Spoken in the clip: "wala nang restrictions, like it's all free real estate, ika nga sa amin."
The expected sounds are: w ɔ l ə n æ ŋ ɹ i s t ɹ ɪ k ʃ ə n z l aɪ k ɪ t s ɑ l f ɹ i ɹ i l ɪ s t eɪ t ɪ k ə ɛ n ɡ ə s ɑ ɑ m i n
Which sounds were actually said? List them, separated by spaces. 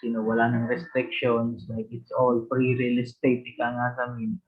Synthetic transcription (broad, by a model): w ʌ l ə n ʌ ŋ ɹ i s t ɹ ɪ k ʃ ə n s l aɪ k ɪ t s ɑ l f ɹ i ɹ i l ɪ s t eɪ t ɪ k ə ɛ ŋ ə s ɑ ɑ m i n